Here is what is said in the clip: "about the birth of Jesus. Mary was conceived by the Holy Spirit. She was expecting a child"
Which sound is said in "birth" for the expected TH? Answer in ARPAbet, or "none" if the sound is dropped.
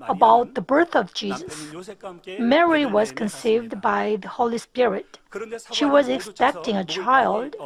TH